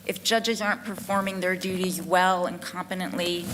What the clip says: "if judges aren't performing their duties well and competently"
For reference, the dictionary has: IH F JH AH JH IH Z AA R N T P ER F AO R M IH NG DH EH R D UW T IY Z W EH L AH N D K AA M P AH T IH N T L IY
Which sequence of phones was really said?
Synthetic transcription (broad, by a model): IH F JH AH JH IH Z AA R N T P ER F AO R M IH NG DH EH R D UW T IY Z W EH L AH N K AA M P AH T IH N T L IY